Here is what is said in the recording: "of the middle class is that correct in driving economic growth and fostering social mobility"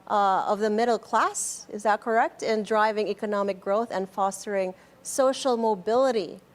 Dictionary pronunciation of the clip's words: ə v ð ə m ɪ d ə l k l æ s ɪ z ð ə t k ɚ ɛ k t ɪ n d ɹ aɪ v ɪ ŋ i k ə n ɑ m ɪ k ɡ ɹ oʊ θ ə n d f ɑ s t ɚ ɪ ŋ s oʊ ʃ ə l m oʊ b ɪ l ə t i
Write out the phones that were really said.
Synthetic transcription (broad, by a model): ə v ð ə m ɪ d l k l æ s ɪ z ð ə t k ɚ ɛ k t ɪ n d ɹ aɪ v ɪ ŋ i k ə n ɑ m ɪ k ɡ ɹ oʊ θ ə n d f ɑ s t ɚ ɪ ŋ s oʊ ʃ l m oʊ b ɪ l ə t i